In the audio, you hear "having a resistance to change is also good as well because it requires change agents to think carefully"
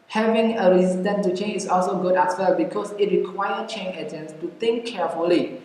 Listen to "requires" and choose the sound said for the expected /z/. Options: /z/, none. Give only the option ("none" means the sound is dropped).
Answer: none